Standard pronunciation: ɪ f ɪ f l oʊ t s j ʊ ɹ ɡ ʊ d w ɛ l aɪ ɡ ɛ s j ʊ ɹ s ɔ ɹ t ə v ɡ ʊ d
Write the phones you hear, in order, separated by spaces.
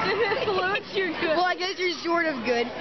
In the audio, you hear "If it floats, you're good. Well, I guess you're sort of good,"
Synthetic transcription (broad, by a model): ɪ ɪ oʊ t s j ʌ ɹ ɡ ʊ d w ɛ l aɪ ɡ ɛ s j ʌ ɹ ʃ ɔ ɹ t ə v ɡ ʊ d